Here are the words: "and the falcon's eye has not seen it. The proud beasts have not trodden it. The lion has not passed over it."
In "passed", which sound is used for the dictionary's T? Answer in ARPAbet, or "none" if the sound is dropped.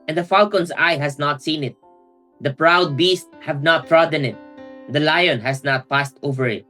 T